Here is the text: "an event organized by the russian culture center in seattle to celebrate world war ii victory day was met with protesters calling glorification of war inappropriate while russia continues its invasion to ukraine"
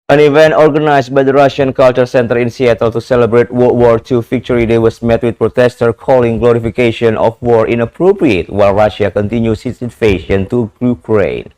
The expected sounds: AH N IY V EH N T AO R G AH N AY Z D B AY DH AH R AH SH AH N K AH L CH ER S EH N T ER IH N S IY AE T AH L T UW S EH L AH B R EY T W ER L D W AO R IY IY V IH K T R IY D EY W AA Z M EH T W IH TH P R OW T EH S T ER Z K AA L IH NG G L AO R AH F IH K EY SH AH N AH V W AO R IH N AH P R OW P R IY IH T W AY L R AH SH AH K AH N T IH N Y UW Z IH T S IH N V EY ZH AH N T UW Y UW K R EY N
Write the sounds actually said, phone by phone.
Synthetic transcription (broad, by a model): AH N IY V EH N T AO R G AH N AY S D B AY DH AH R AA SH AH N K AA L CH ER S EH N T ER IH N S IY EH T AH L T UW S EH L AH B R EY T W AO W AO R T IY F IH K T R IY D EY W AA S M EH T W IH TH P R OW T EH S T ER K AA L IH NG G L AO R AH F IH K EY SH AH N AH F W AO R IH N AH P R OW P R IY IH T W AY L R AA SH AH K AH N T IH N Y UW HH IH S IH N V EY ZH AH N T UW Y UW K R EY N